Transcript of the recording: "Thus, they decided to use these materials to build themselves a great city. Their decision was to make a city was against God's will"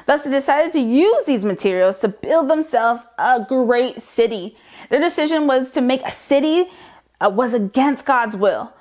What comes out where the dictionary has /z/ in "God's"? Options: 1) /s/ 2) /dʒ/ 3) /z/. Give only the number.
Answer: 3